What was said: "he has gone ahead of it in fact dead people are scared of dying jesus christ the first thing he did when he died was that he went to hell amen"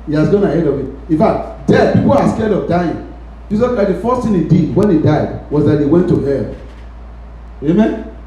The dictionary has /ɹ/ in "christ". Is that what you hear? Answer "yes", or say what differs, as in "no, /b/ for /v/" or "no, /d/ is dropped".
no, /ɹ/ is dropped